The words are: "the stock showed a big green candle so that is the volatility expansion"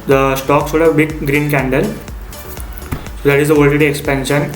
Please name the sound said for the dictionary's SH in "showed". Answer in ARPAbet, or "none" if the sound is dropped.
S